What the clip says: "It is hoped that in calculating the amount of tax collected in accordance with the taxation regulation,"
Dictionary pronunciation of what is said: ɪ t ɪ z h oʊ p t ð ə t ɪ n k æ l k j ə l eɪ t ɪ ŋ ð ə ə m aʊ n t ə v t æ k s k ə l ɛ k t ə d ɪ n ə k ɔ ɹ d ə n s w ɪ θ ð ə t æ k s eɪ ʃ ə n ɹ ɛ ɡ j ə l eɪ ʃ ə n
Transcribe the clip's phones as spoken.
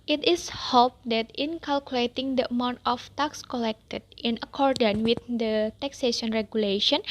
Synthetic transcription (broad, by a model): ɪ t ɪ s h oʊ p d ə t ɪ n k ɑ l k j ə l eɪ t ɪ ŋ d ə ə m aʊ n t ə f t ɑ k s k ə l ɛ k t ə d ɪ n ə k ɔ ɹ d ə n w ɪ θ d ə t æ k s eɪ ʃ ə n ɹ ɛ ɡ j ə l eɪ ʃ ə n